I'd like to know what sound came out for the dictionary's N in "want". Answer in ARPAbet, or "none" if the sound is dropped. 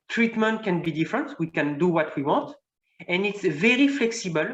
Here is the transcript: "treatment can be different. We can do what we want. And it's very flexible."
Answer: none